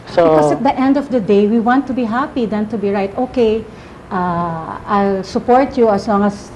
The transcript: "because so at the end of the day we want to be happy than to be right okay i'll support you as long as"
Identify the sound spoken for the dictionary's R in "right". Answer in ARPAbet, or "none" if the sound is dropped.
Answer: R